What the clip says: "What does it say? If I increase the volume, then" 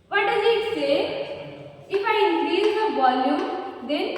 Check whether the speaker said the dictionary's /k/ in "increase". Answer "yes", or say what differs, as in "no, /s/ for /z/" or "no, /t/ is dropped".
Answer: no, /k/ is dropped